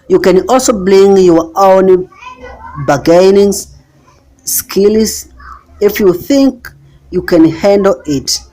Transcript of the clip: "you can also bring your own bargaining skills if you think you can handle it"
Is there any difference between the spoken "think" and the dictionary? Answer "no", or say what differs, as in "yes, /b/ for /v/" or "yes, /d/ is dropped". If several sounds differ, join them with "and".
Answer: no